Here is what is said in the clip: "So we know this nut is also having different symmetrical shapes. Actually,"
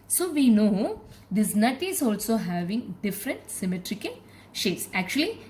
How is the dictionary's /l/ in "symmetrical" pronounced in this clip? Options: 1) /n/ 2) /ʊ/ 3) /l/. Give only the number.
1